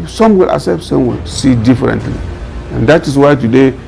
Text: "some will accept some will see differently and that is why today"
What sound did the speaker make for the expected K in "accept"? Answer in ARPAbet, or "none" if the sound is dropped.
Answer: none